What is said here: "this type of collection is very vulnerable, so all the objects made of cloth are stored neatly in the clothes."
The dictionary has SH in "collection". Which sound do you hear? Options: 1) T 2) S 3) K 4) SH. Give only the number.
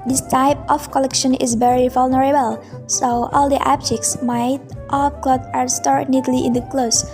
4